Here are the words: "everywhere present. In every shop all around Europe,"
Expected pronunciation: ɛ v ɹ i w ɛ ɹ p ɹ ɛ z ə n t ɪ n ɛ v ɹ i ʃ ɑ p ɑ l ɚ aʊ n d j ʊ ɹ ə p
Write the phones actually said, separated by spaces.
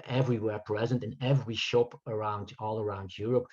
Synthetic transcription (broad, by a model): ɛ v ɹ i w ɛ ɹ p ɹ ɛ z ə n t ɪ n ɛ v ɹ i ʃ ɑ p ɑ l ɚ aʊ n d j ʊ ɹ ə p